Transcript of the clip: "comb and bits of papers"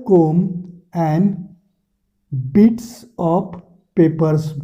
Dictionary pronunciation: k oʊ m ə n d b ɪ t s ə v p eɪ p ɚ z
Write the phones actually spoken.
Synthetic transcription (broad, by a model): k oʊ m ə n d b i t s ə p p eɪ p ɚ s